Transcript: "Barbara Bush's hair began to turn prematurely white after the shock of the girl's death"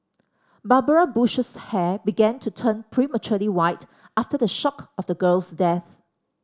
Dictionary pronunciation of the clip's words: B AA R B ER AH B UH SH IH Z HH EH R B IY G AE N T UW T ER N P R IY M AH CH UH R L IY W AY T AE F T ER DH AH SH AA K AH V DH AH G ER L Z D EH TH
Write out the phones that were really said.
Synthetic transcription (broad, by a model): B AA B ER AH B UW SH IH S HH EH B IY G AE N T UW T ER N P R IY M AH CH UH L IY W AY T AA F T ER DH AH SH AA K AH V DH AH G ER L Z D EH TH